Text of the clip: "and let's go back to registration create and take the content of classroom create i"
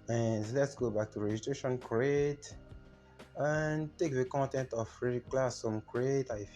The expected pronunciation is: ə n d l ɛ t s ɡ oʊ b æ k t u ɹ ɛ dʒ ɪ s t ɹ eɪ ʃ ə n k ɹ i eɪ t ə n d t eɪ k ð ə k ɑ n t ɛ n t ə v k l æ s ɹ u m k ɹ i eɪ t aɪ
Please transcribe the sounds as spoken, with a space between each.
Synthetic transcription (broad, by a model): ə n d l ɛ t s ɡ oʊ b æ k t u ɹ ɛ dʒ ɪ s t ɹ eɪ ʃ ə n k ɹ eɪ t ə n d t eɪ k ð ə k ɑ n t ɛ n t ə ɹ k l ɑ s ɔ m k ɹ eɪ t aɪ